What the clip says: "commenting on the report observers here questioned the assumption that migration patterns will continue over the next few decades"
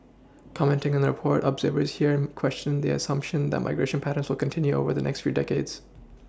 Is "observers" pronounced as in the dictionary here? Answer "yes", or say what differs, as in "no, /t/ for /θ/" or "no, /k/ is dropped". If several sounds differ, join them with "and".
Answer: yes